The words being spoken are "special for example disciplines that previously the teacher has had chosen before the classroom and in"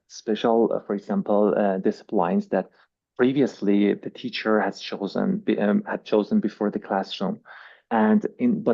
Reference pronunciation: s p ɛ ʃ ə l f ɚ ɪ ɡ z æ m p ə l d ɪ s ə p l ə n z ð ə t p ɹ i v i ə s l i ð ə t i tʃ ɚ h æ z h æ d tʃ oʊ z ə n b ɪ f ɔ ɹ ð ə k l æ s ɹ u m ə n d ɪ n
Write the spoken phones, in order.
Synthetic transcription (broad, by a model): s p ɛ ʃ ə l f ɚ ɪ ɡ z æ m p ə l d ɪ s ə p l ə n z ð ə t p ɹ i v i ə s l i ð ə t i tʃ ɚ h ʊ z h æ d tʃ oʊ z ə n b ɪ f ɔ ɹ ð ə k l æ s ɹ u m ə n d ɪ n